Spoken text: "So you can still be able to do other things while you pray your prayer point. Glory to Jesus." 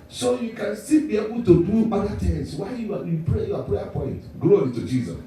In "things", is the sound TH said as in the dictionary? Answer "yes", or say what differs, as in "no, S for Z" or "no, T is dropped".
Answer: no, T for TH